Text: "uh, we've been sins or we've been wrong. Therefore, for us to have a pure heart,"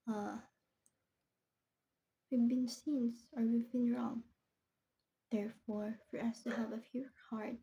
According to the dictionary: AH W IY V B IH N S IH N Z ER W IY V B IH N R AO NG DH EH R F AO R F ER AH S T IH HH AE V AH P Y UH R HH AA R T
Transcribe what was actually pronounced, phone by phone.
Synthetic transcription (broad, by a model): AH W IY V B IH N S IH N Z ER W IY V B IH N R AO NG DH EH R F AO R F ER AH S T IH HH AE V AH F Y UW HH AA R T